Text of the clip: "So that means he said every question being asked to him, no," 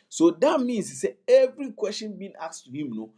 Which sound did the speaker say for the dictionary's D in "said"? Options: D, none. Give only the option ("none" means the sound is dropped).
none